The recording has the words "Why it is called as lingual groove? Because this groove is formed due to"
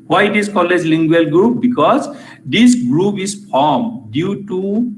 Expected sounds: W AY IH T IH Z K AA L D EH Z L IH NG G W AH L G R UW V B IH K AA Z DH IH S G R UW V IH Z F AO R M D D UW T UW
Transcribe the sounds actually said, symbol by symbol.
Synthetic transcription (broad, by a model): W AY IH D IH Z K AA L EH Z L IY NG G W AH L G R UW P B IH K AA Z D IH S G R UW P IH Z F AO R M D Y UW T UW